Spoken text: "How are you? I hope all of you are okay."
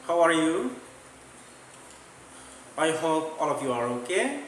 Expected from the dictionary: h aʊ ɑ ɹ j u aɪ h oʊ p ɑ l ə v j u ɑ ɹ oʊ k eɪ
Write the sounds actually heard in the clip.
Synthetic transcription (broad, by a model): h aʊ ɑ ɹ j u aɪ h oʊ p ɑ l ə p j u ɑ ɹ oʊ k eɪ